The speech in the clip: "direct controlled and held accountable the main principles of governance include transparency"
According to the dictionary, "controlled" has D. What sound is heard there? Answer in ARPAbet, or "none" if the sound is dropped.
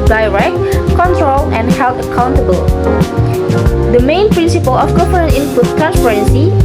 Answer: none